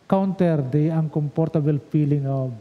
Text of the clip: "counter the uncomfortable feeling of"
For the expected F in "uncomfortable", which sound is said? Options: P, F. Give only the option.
P